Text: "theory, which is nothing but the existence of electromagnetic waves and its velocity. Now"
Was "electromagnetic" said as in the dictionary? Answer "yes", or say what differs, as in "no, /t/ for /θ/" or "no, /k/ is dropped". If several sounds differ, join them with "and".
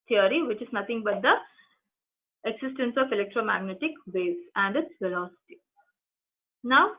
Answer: yes